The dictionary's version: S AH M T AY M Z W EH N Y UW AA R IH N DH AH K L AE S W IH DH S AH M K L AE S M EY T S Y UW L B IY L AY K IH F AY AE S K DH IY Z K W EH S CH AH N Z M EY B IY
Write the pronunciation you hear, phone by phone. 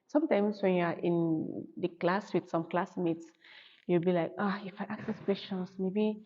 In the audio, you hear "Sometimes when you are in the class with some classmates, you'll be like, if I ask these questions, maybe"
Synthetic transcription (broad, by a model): S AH M T AY M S W EH N Y UW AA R IH N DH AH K L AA S W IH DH S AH M K L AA S M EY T S Y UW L B IY L AY K IH F AY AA K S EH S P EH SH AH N S M EY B IY